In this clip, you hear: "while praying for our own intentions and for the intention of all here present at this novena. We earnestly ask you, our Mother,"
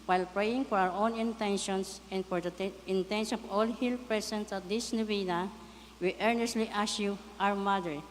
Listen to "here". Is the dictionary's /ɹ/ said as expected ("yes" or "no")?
no